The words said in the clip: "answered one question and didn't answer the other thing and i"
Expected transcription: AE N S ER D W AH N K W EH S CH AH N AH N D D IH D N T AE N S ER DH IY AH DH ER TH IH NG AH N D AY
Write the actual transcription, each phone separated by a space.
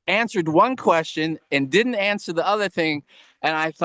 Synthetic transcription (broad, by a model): AE N S ER D W AH N K W EH S CH AH N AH N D D IH D N T AE N S ER DH IY AH DH ER TH IH NG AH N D AY